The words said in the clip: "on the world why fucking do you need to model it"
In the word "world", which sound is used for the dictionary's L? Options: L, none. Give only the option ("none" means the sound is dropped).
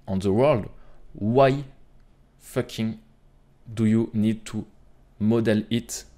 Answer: L